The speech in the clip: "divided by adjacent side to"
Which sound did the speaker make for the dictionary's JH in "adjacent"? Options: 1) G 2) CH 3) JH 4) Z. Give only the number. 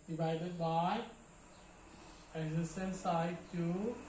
4